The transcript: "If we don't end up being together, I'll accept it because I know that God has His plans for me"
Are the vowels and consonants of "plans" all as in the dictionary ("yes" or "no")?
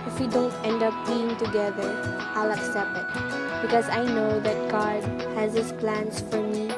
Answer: no